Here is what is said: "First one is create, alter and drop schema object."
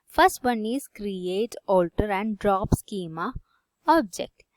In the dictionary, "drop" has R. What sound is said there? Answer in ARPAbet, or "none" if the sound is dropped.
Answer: R